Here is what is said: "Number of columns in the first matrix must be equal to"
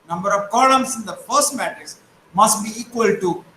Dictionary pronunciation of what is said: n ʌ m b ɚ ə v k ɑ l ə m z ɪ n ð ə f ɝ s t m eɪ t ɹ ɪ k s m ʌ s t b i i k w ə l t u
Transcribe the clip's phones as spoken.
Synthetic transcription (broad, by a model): n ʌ m b ɚ ə v k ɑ l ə m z ɪ n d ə f ɝ s t m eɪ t ɪ s m ʌ s t b i i k w ə l t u